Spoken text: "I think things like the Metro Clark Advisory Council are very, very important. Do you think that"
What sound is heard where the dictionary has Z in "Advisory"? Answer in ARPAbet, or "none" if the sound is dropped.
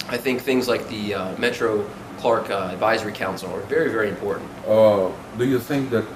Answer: Z